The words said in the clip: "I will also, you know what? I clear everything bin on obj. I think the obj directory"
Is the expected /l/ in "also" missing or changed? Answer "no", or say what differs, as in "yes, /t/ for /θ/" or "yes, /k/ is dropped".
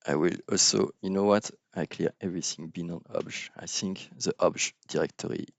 no